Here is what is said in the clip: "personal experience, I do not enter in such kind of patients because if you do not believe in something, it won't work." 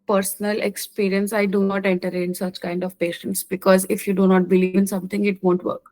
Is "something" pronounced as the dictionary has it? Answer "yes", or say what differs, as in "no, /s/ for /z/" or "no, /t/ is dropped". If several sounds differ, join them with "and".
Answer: no, /t/ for /θ/